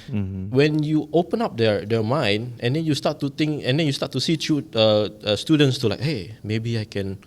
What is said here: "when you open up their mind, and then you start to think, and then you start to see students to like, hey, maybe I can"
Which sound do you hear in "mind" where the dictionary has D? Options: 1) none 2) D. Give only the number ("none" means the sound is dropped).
1